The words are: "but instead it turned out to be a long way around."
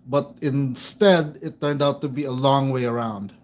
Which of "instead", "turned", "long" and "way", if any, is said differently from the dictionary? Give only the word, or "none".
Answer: none